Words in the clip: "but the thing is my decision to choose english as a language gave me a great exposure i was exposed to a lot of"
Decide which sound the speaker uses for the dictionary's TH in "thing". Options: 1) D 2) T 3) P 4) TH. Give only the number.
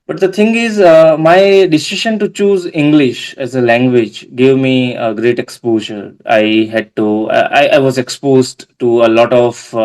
2